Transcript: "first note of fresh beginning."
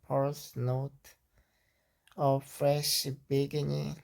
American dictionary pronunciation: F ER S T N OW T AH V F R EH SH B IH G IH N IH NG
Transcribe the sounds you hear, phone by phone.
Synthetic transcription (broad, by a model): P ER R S N OW T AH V F R EH SH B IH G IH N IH